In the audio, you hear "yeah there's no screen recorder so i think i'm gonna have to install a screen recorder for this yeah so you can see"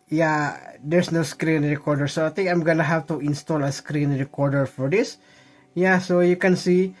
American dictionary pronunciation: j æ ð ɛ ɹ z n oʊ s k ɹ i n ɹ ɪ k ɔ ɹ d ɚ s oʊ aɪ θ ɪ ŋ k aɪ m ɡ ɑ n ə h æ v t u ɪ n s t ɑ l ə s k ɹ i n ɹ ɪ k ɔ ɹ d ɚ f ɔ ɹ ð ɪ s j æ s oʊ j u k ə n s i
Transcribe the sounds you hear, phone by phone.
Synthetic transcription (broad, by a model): j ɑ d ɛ ɹ s n oʊ s k ɹ i n ɹ ɪ k ɔ ɹ d ɚ s oʊ aɪ t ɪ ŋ k aɪ m ɡ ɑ n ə h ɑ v t u ɪ n s t ɑ l ə s k ɹ i n ɹ ɪ k ɔ ɹ d ɚ f ɔ ɹ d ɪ s j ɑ s oʊ j u k ə n s i